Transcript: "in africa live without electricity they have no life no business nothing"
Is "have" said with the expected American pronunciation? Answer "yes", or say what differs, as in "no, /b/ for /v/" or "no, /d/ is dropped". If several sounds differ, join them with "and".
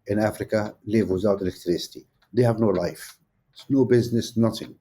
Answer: yes